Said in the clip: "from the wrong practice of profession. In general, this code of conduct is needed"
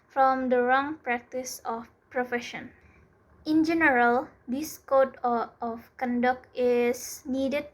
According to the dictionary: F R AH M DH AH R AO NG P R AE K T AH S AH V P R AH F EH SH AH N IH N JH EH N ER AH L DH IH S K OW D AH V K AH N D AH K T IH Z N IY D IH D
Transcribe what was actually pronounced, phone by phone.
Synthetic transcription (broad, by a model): F R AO M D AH R AO NG P R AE K T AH S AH F P R AH F EH SH AH N IH N JH EH N ER AH L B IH S K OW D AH F K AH N D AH K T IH S N IY D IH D